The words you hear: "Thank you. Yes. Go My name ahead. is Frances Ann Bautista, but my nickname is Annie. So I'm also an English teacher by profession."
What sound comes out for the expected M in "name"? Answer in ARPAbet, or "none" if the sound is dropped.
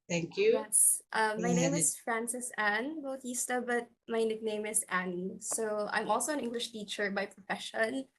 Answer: none